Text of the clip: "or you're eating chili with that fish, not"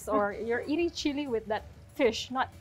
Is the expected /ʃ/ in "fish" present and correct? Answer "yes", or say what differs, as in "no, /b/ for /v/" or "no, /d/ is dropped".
yes